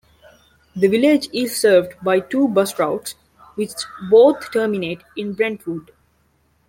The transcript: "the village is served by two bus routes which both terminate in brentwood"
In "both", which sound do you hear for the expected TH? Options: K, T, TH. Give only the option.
T